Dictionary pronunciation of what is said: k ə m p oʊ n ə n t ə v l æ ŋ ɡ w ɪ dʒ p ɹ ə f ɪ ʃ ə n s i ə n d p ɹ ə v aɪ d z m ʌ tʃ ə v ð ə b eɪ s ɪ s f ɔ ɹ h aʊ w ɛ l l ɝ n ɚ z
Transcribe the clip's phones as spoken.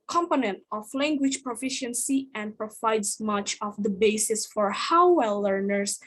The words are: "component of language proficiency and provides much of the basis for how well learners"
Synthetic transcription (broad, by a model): k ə m p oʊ n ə n t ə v l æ ŋ ɡ w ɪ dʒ p ɹ ə f ɪ ʃ ə n s i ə n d p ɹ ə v aɪ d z m ʌ tʃ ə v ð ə b eɪ s ɪ s f ɔ ɹ h aʊ w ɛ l l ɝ n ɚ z